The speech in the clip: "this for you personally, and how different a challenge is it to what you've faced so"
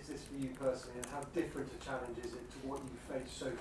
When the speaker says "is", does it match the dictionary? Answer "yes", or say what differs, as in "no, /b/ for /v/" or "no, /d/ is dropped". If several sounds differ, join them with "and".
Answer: yes